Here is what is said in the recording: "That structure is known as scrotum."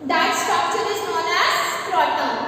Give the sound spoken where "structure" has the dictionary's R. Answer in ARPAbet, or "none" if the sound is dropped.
none